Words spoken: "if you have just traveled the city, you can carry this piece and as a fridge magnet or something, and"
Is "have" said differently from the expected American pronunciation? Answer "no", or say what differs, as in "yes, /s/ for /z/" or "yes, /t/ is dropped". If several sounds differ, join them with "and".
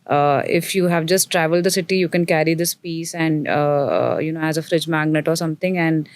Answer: no